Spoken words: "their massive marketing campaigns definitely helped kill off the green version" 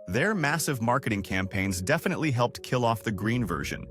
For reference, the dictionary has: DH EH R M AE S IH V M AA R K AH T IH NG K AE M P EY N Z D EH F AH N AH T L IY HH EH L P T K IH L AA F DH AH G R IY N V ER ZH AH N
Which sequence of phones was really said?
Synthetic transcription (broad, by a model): DH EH R M AE S IH V M AA R K AH T IH NG K AE M P EY N Z D EH F AH N AH T L IY HH EH L P T K IH L AA F DH AH G R IY N V ER ZH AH N